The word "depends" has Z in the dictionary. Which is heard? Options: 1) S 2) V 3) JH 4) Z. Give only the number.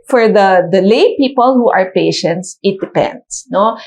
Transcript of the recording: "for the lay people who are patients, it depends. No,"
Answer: 1